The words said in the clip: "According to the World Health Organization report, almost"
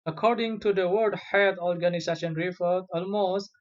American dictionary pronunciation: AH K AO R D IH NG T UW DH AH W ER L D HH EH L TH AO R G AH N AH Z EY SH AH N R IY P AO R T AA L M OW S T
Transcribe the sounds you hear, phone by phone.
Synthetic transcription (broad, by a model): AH K AO R D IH NG T UW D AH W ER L D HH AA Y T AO R G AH N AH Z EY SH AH N R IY F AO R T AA L M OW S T